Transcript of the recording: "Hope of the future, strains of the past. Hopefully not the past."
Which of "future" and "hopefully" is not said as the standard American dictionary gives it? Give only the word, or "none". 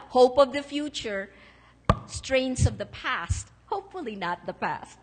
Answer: none